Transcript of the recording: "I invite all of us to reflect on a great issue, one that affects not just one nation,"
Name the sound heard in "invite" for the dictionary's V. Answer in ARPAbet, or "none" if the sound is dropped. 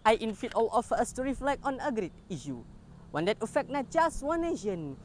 F